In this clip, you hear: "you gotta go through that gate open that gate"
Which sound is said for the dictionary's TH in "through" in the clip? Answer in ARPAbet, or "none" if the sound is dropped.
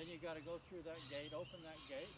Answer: TH